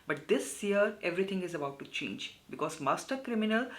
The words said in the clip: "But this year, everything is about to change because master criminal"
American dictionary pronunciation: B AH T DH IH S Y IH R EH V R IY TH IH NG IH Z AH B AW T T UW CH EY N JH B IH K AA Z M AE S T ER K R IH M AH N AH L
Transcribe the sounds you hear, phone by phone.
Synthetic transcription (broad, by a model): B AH T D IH S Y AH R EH V R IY T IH NG IH Z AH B AW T T UW CH EY N JH B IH K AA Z M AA S T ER K R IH M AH N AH L